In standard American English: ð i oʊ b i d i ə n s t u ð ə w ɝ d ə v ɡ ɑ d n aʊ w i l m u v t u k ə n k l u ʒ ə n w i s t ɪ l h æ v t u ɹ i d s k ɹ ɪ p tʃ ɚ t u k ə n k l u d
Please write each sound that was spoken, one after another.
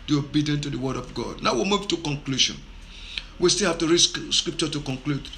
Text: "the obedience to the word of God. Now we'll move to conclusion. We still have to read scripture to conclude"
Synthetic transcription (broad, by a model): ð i oʊ b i d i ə n t u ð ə w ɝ d ə v ɡ ɑ d n aʊ w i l m u v t u k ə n k l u ʃ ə n w i s t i l h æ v t u ɹ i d s k ɹ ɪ p tʃ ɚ t u k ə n k l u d